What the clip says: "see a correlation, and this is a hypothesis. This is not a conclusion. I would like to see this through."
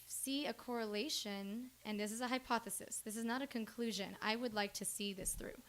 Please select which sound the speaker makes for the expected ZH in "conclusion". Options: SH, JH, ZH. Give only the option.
ZH